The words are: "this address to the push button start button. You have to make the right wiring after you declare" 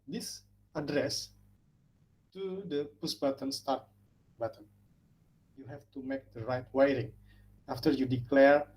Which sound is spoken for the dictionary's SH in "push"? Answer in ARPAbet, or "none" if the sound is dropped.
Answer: S